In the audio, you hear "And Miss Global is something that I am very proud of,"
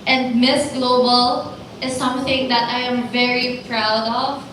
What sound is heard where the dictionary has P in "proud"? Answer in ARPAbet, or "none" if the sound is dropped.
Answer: P